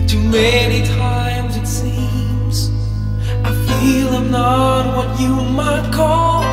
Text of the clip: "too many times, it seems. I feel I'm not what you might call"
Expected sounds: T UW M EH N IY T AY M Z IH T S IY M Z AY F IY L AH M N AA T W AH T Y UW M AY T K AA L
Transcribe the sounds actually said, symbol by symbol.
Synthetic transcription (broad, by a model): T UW M EH N IY T AY M Z IH T S IY M Z AY F IY L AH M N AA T W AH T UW M AY T K AA L